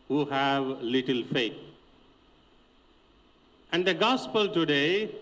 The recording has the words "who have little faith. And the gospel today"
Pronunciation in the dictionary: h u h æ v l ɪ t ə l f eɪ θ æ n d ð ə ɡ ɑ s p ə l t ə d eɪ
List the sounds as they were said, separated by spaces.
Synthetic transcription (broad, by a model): h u h æ v l ɪ t ə l f eɪ t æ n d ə ɡ ɑ s p ə l t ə d eɪ